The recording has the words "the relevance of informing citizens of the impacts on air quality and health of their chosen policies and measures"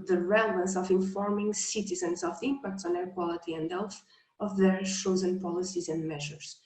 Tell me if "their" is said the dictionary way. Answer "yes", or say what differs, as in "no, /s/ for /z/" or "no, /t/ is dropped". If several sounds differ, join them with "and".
yes